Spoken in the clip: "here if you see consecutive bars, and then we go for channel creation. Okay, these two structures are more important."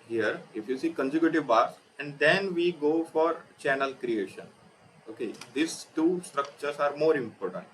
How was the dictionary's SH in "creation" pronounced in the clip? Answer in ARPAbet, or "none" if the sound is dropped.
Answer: SH